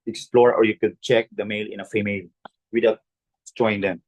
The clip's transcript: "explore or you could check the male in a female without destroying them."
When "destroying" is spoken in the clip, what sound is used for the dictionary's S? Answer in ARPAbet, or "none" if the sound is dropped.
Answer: none